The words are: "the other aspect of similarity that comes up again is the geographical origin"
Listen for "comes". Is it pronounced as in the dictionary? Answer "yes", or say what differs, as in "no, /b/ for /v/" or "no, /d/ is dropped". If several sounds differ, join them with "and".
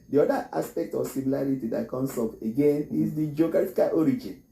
no, /s/ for /z/